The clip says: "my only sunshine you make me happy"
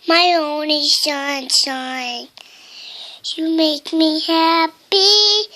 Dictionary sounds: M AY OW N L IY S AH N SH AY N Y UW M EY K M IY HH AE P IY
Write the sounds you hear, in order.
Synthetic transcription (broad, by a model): M AY OW N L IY SH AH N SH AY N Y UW M EY K M IY HH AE P IY